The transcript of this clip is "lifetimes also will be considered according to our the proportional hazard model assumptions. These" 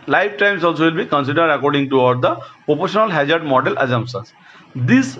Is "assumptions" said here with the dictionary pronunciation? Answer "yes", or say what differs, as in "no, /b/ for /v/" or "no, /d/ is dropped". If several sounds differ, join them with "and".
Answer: no, /n/ is dropped